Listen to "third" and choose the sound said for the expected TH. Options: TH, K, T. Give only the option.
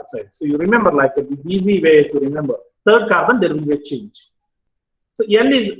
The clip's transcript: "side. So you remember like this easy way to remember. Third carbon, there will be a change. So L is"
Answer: T